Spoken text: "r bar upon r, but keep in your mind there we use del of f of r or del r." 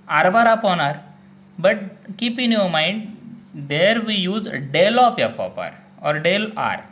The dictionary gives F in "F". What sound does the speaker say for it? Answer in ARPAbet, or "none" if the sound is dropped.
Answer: P